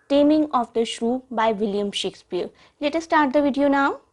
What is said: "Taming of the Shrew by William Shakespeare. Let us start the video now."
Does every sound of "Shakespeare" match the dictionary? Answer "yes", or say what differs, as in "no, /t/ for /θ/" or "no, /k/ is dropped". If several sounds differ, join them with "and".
yes